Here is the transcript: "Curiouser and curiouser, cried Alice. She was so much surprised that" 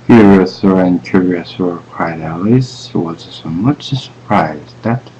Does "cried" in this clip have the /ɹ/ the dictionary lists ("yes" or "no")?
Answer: no